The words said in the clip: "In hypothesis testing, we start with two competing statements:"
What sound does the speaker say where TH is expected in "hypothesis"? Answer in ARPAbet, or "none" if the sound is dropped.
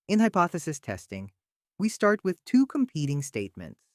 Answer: TH